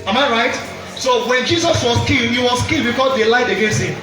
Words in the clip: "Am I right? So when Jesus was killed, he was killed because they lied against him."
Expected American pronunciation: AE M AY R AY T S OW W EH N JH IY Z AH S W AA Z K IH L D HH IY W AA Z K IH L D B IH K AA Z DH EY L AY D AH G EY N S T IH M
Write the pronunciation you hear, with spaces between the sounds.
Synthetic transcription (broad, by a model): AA M AY R AY T S OW W EH N JH IY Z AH S W AA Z K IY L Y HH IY W AA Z K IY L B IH K AA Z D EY L AY D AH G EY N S IH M